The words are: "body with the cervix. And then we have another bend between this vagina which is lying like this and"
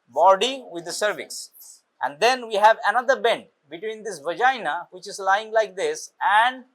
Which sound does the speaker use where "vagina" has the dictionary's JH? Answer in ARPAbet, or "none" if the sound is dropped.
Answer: JH